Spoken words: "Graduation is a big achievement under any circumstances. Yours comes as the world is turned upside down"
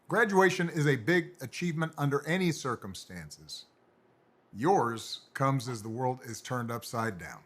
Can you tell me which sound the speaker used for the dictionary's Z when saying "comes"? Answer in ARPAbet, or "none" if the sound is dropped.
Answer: Z